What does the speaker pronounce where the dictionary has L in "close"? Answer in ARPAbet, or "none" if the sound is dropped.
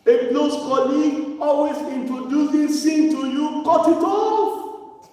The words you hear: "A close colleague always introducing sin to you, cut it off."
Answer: N